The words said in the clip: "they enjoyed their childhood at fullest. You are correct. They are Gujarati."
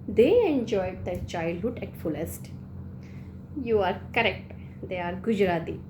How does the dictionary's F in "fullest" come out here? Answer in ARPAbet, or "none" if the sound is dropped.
F